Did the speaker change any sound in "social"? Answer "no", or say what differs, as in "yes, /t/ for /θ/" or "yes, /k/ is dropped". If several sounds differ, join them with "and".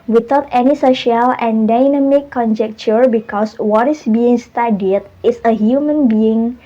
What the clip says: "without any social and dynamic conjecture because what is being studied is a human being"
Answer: no